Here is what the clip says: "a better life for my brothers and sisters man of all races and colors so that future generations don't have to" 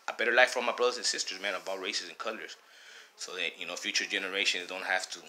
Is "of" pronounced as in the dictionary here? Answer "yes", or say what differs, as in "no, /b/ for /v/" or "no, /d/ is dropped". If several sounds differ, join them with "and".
no, /b/ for /v/